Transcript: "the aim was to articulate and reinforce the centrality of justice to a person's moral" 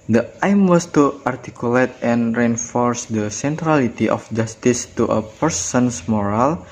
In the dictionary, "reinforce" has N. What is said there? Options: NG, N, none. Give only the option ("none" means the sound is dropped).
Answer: N